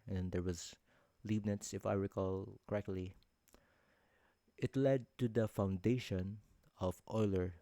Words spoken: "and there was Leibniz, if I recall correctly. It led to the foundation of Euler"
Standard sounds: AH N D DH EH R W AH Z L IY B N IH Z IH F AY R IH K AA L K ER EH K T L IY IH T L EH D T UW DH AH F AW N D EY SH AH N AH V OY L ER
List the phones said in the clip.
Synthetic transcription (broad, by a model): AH N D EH R W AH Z L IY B N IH S IH F AY R IH K AA L K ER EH K T L IY IH T L EH D T UW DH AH F AW N D EY SH AH N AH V OY L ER